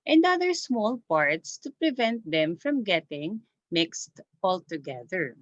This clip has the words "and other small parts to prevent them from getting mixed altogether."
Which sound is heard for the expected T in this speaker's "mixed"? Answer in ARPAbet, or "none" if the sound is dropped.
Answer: T